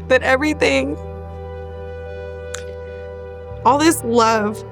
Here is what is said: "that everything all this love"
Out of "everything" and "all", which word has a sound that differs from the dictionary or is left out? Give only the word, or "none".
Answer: none